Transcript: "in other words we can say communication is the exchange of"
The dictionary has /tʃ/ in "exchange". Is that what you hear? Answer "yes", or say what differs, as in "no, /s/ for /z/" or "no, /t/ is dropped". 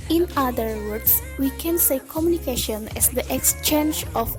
yes